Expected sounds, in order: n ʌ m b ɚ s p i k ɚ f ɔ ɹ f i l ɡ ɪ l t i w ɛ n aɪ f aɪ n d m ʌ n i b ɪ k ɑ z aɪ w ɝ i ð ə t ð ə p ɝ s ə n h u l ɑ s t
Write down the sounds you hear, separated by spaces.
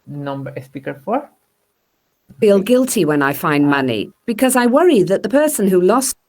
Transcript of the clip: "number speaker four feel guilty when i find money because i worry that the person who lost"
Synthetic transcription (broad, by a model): n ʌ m b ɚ s p i k ɚ f ɔ ɹ f i l ɡ ɪ l t i w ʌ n aɪ f aɪ n m ʌ n i b ɪ k ɑ z aɪ w ɝ i ð ə t ð ə p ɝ s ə n h u l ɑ s